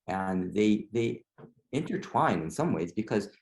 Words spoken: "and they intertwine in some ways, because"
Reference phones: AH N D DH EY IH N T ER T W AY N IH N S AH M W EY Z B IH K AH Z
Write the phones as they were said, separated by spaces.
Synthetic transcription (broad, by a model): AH N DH DH EY IH N T ER T W AY N IH N S AH M W EY Z B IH K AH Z